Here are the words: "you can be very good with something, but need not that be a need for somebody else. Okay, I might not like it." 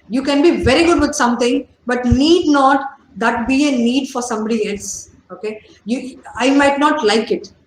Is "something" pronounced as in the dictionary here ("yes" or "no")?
no